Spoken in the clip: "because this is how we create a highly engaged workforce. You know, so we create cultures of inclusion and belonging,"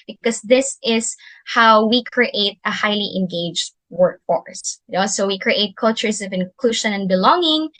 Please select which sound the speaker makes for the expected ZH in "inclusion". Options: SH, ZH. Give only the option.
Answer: SH